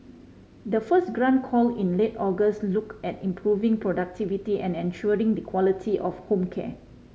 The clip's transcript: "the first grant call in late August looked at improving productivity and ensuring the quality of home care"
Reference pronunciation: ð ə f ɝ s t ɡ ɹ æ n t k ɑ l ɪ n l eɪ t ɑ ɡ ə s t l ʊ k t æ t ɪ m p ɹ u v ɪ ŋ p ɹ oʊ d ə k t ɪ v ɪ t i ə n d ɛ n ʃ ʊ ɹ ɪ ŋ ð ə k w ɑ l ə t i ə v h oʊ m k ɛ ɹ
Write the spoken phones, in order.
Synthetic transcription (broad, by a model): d ə f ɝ s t ɡ ɹ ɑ n k ɑ l ɪ n l eɪ t ɑ ɡ ə s t l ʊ k ɛ t ɪ m p ɹ u v ɪ ŋ p ɹ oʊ d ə k t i v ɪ t i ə n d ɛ n ʃ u ɹ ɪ ŋ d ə k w ɑ l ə t i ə f h oʊ m k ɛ